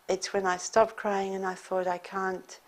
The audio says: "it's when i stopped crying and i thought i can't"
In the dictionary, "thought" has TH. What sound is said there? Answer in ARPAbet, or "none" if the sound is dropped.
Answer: TH